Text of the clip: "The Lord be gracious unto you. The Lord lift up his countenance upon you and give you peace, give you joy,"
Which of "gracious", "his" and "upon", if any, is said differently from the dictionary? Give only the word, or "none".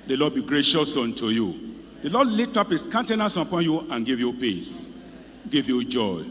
his